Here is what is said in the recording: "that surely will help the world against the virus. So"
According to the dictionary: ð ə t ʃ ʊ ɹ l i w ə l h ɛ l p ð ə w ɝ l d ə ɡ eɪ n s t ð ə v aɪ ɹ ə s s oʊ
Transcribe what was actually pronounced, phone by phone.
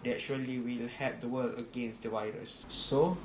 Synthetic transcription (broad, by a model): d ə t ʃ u l i w ə l h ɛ p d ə w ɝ l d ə ɡ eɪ n s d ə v aɪ ɹ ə s s oʊ